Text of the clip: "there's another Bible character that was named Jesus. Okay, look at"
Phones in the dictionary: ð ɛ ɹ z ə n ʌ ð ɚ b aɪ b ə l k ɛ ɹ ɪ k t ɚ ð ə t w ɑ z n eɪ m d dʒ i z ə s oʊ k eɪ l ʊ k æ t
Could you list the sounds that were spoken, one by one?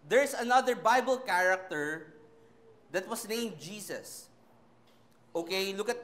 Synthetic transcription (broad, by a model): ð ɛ ɹ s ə n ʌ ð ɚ b aɪ b ə l k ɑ ɹ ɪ k t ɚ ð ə t w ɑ s n eɪ m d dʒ i s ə s oʊ k eɪ l ʊ k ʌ t